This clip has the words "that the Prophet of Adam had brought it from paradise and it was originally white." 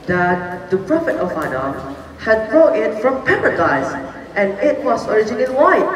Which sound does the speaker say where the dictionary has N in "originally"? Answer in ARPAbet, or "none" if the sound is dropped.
none